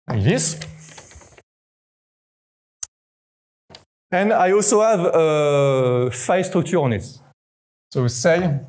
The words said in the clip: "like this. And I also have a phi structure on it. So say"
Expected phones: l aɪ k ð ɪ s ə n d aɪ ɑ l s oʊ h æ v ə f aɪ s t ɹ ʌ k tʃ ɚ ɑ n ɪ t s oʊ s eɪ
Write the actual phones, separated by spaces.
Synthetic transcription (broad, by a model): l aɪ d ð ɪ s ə n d aɪ ɑ l s oʊ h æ v ə f aɪ s t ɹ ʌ k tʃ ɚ ɑ n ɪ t s oʊ s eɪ